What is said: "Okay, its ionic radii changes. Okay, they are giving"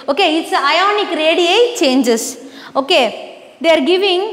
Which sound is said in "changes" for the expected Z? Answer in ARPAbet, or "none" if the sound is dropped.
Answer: S